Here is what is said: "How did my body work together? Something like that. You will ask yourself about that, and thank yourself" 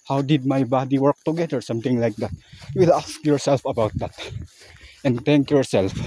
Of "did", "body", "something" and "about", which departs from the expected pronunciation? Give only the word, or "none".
something